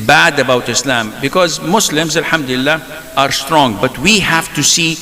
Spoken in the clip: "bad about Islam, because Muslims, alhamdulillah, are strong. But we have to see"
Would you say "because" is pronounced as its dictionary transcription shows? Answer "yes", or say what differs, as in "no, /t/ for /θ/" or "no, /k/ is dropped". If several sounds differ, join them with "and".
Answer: yes